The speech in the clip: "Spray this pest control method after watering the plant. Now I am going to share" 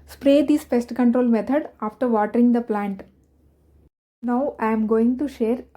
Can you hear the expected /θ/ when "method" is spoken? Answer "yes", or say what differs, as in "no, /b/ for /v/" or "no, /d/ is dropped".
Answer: no, /t/ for /θ/